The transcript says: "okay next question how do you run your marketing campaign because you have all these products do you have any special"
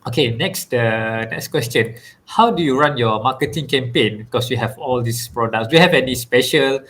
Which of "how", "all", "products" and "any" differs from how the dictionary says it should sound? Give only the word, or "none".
none